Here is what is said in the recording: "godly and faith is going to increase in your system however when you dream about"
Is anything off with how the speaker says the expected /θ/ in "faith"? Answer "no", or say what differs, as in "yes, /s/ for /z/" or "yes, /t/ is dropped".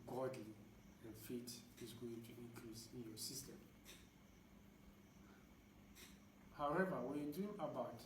yes, /t/ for /θ/